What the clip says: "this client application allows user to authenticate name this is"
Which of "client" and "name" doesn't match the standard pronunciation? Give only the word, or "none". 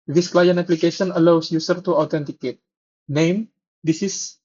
client